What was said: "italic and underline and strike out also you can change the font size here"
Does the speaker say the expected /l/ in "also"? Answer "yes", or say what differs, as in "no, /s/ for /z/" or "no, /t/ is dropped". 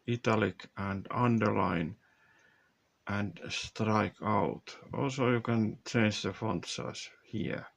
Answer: yes